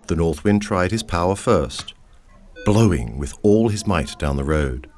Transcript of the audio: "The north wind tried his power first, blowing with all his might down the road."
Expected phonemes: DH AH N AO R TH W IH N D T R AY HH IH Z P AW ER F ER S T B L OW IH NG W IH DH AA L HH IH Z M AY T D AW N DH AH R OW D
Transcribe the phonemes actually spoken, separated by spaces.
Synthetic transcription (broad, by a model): DH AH N AO R TH W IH N T R AY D IH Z P AW ER F ER S T B L OW IH NG W IH DH AA L IH Z M AY T D AW N DH AH R OW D